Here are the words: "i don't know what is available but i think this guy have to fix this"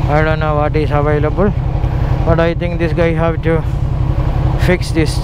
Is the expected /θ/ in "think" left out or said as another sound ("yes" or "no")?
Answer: yes